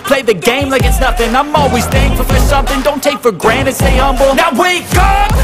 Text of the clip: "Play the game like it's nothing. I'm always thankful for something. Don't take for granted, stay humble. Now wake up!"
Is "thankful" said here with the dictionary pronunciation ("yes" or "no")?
no